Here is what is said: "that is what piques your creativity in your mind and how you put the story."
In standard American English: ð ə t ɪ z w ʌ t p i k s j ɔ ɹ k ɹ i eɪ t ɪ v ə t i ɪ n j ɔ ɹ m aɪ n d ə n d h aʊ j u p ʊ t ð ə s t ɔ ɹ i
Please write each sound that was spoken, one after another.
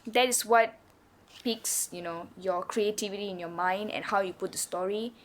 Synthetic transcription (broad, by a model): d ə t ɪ s w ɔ t p i k s j ɔ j k ɹ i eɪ t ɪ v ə t i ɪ n j ɔ m aɪ n d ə n h aʊ j u p ʊ t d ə s t ɔ ɹ i